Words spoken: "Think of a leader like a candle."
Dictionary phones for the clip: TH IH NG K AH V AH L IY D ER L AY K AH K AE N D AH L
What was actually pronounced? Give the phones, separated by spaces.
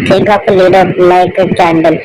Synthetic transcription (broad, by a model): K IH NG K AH P AH L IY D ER L AY K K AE N D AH L